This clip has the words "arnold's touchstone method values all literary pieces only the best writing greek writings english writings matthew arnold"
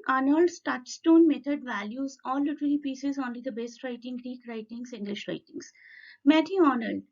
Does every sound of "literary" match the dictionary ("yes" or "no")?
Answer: no